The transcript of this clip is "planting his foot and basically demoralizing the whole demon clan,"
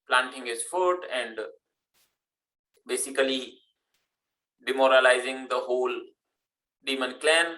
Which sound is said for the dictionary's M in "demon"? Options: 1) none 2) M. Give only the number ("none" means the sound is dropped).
2